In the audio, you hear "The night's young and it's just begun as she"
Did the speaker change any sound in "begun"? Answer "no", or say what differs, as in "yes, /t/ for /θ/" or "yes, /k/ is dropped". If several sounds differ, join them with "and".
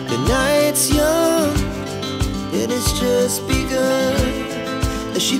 yes, /n/ is dropped